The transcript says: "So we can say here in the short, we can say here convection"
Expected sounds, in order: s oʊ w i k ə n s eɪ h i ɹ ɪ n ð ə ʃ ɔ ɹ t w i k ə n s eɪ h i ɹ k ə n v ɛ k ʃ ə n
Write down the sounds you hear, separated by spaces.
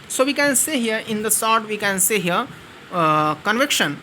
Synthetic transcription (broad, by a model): s oʊ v i k ə n s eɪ h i ɹ ɪ n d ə s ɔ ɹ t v i k ə n s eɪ h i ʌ k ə n v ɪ k ʃ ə n